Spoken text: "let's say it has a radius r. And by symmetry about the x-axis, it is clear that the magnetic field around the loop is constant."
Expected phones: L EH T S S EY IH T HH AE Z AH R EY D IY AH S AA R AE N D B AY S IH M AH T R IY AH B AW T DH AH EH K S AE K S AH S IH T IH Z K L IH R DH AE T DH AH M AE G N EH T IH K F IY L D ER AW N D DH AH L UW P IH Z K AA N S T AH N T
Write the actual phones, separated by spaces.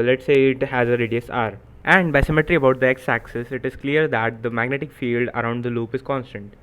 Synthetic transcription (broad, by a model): L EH T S S EY IH T HH AE Z AH R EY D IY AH S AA R AE N D B AY S IH M AH T R IY AH B AW T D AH EH K S AE K S AH S IH T IH Z K L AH R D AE T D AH M AE G N EH T IH K F IY L D ER AW N D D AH L UW P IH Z K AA N S T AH N T